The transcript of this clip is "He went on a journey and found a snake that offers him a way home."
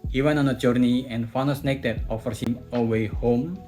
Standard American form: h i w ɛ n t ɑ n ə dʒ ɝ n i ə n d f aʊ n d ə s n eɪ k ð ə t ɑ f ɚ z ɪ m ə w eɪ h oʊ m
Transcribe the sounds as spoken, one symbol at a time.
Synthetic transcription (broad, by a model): h i w ɛ n t ɑ n ə dʒ ɝ n i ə n f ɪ n ə s n eɪ k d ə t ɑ f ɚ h ɪ m ə w eɪ h oʊ m